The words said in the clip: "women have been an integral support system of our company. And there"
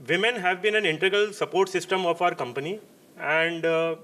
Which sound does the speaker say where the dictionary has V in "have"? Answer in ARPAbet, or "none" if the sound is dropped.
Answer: V